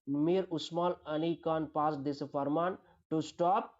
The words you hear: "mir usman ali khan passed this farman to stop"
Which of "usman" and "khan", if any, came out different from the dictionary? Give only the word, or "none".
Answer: usman